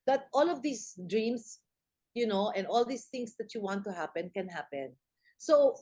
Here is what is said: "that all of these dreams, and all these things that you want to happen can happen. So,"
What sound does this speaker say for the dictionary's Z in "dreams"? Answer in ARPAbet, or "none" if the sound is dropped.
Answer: S